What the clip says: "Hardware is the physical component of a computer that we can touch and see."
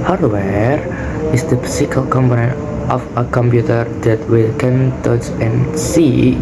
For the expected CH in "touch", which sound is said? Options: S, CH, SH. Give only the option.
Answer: S